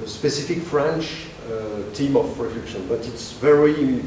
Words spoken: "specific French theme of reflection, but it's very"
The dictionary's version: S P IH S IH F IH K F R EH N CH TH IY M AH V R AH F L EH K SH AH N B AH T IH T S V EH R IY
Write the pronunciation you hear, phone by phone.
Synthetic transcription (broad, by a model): S P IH S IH F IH K F R EH N CH T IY M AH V R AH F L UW SH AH N B AH T IH T S V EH R IY